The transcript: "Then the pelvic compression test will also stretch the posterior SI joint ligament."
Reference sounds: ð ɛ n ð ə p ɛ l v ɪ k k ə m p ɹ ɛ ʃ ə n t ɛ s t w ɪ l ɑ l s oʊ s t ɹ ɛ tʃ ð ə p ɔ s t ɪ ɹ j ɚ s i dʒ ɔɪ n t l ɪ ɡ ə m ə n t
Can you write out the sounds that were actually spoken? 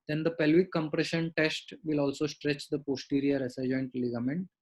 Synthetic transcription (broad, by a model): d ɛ n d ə p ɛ l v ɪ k k ə m p ɹ ɛ ʃ ə n t ɛ s t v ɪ l ɑ l s oʊ s t ɹ ɛ tʃ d ə p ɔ s t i ɹ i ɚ s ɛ dʒ ɔɪ n t l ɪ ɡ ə m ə n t